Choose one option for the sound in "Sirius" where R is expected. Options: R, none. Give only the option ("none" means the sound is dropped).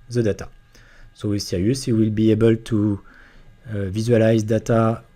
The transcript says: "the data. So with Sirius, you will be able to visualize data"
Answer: none